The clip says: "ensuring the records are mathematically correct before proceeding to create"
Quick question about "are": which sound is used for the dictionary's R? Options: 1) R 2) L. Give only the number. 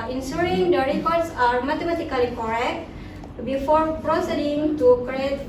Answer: 1